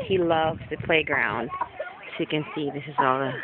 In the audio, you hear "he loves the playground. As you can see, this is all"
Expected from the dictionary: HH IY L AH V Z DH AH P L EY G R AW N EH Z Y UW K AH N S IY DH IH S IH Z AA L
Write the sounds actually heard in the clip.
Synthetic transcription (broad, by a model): HH IY L AH V Z DH AH P L EY G R AW N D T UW K AH N S IY DH IH S IH Z AA L